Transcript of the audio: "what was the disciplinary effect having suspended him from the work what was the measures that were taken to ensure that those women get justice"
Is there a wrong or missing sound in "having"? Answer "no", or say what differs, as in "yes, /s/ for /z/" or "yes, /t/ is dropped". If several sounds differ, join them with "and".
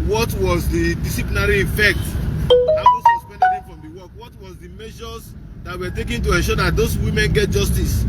yes, /w/ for /v/